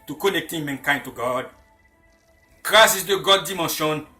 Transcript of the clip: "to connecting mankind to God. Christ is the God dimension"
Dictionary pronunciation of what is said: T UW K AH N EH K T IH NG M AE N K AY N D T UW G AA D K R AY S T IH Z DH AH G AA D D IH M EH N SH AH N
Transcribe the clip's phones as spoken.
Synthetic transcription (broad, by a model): T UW K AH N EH K T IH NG M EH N K AY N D T UW G AA D K R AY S IH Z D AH G AA D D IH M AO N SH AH N